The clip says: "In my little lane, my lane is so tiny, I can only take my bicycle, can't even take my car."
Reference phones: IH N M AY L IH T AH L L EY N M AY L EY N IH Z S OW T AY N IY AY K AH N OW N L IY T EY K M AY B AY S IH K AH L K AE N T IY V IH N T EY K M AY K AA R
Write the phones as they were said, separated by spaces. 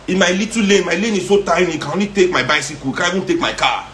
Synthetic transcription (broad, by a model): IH M AY L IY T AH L L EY M AY L EY N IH S OW T AY N IY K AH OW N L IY T EY K M AY B AY S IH K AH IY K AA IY B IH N T EY K M AY K AA